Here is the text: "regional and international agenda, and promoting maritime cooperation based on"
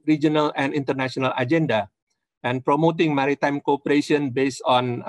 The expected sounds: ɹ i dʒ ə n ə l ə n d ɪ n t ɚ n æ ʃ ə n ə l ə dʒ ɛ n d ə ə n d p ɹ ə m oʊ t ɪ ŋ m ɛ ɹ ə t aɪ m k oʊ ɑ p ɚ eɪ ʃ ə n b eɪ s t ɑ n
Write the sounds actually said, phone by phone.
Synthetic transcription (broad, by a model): ɹ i dʒ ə n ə l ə n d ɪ n t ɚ n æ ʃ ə n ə l ə dʒ ɛ n d ə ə n p ɹ ə m oʊ t ɪ ŋ m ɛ ɹ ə t aɪ m k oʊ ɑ p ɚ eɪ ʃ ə n b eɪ s ɑ n